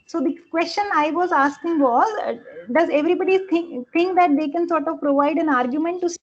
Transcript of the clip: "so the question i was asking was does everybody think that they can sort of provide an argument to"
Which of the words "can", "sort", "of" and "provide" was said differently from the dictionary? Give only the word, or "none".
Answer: none